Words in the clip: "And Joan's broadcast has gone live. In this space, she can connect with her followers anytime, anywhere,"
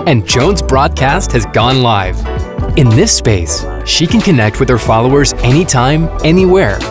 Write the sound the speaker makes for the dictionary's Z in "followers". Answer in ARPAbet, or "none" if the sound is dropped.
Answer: Z